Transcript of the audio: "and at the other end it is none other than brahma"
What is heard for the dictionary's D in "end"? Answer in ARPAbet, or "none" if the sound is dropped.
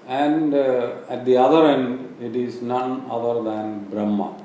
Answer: D